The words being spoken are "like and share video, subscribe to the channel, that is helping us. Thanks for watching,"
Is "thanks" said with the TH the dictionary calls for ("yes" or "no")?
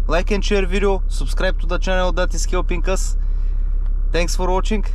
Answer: no